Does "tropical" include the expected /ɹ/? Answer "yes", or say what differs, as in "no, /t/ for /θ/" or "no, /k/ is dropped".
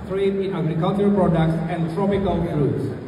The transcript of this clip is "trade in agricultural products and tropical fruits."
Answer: yes